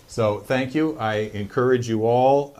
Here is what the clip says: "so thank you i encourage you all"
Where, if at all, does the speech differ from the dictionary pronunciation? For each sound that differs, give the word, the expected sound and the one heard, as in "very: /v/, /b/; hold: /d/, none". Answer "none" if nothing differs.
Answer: none